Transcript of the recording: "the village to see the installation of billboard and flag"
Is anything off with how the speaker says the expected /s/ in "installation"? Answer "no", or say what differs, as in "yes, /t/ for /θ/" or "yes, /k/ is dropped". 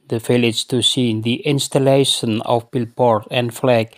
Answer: no